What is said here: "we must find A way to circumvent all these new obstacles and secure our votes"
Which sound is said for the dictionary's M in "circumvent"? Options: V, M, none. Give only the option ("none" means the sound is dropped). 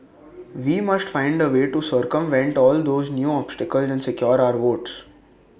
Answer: M